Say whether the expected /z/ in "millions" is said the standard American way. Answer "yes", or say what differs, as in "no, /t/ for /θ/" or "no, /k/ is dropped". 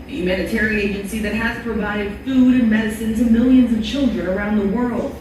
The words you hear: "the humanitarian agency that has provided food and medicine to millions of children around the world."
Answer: yes